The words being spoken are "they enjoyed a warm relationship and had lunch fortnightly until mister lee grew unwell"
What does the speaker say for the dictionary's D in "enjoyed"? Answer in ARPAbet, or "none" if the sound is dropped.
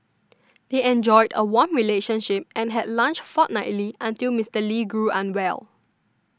D